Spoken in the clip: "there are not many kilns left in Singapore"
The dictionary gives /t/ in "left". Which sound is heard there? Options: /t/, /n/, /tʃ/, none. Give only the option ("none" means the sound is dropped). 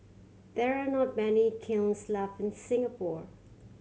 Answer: none